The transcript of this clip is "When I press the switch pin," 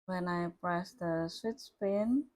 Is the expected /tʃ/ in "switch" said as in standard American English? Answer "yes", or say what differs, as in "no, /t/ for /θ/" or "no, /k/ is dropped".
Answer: no, /s/ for /tʃ/